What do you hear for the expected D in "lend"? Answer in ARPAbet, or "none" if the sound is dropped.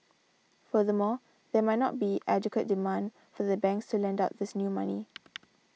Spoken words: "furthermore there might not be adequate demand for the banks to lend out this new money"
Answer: D